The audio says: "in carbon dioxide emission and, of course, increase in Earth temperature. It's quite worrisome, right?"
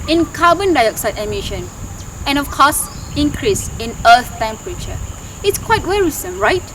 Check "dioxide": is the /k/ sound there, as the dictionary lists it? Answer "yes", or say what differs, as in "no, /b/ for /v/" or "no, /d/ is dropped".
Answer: yes